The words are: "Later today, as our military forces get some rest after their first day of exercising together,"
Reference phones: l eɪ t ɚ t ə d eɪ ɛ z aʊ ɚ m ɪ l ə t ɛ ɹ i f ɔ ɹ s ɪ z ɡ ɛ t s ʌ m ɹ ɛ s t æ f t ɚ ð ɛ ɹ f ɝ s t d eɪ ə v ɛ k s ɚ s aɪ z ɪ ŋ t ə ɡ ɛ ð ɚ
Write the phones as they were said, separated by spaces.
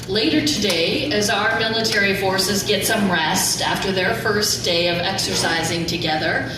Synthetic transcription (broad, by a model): l eɪ t ɚ t ə d eɪ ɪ z aʊ ɚ m ɪ l ə t ɛ ɹ i f ɔ ɹ s ɪ z ɡ ɛ t s ʌ m ɹ ɛ s t æ f t ɚ ð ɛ ɹ f ɝ s d eɪ ə v ɛ k s ɚ s aɪ z ɪ ŋ t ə ɡ ɛ ð ɚ